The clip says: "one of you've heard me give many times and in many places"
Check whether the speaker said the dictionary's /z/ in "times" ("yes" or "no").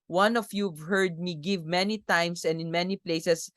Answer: no